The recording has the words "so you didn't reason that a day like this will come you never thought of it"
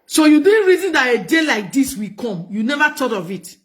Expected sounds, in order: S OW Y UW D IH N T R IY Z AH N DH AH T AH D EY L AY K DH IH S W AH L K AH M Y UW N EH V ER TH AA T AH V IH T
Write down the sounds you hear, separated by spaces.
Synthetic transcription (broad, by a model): S OW Y UW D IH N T R IY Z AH N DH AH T AH D EY L AY K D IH S W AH K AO M Y UW N EH V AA T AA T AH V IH T